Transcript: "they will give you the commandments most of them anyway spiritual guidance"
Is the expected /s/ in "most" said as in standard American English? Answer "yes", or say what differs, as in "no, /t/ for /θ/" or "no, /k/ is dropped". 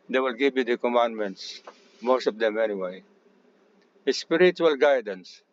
yes